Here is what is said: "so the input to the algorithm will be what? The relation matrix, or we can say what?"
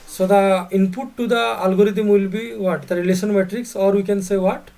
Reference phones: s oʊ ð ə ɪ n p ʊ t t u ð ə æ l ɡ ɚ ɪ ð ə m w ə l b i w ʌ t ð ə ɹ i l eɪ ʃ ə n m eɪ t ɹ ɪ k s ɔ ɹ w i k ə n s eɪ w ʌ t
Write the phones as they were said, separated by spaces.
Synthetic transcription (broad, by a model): s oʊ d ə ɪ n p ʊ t t u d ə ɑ l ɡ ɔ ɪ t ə m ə l b i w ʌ t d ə ɹ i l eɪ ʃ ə n m eɪ t ɹ ɪ k s ɔ ɹ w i k ə n s eɪ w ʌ t